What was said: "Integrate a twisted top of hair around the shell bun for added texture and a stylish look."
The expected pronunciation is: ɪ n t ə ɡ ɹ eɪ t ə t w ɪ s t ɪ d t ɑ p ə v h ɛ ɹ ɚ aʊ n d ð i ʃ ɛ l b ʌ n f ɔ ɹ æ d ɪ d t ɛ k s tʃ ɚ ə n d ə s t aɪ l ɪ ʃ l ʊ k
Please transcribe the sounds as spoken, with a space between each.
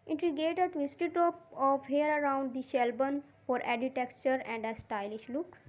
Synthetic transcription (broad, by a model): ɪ n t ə ɡ eɪ t ə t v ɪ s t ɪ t t ɑ p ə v h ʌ ɹ ɚ aʊ n d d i ʃ ɛ l b ʌ n f ɔ ɹ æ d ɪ t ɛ k tʃ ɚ ə n d ə s t aɪ l ɪ ʃ l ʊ k